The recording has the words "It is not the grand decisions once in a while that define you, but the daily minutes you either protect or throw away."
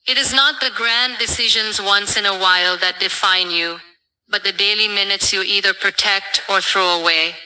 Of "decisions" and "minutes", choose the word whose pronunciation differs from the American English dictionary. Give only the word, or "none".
none